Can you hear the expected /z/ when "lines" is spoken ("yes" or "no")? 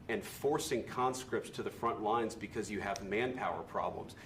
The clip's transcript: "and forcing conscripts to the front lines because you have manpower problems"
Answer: yes